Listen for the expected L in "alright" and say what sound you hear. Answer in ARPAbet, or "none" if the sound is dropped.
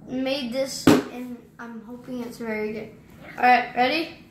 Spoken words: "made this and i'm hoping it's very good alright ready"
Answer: none